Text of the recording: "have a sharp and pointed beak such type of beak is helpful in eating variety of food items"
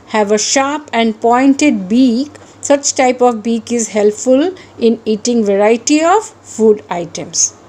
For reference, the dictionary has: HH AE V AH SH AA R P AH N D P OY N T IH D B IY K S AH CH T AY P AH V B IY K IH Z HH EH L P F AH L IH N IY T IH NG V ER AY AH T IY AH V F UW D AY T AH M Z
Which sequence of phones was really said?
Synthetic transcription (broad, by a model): HH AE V AH SH AA R P AH N D P OY N T IH D B IY K S AH CH T AY P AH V B IY K IH Z HH EH L P F AH L IH N IY T IH NG V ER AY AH T IY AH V F UW D AY T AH M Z